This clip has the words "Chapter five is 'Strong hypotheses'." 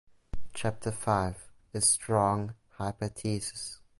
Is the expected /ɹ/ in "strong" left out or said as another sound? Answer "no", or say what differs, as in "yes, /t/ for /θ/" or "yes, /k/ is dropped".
no